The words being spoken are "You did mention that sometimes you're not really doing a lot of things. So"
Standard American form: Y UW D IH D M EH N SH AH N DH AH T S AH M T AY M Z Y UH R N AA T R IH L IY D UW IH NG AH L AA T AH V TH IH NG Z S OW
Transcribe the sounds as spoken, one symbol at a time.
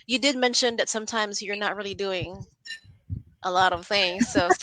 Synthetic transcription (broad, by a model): Y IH D IH D M EH N SH AH N DH AH T S AH M T AY M Z Y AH R N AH T R IH L IY D UW IH NG AH L AA T AH V TH IH NG Z S OW